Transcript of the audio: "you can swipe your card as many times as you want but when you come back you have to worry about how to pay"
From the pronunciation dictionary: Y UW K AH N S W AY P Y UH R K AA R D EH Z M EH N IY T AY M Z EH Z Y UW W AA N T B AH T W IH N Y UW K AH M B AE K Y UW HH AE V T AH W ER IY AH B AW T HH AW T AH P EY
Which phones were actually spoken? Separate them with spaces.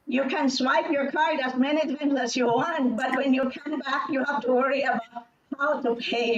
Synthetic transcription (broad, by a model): Y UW K AH N S W AY P Y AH R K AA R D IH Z M EH N IY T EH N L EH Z Y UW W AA N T B AH T W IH N Y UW K AH M B AE K Y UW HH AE F T AH W ER IY AH B AW T HH AW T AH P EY